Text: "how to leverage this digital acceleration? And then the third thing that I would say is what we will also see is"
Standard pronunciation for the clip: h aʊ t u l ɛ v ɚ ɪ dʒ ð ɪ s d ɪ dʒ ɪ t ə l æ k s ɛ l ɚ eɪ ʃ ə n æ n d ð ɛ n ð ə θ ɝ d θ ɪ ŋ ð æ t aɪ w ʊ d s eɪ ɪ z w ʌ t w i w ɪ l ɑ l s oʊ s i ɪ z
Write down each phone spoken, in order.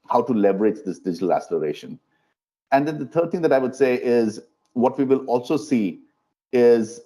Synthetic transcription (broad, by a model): h aʊ t u l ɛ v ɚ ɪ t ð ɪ s d ɪ dʒ ɪ t ə l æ s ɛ l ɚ eɪ ʃ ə n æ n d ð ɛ n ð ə t ɝ d t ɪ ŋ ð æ t aɪ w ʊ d s eɪ ɪ z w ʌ t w i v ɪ l ɑ l s oʊ s i ɪ z